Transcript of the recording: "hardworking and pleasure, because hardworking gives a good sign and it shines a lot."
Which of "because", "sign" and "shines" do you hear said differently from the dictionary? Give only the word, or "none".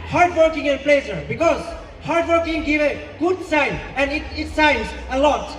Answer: shines